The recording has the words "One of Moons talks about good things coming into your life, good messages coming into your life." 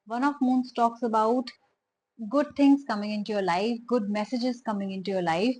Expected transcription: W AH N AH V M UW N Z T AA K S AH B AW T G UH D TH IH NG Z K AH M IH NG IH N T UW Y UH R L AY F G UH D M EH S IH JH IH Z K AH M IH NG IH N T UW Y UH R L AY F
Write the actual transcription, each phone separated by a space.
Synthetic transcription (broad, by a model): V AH N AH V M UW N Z T AA K S AH B AW T G UH D T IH NG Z K AH M IH NG IH N T UW Y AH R L AY F G UH D M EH S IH JH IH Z K AH M IH NG IH N T UW Y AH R L AY F